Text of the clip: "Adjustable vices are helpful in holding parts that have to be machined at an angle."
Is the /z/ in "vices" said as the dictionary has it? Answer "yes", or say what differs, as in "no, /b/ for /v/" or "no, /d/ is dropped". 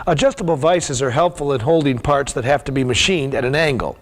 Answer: yes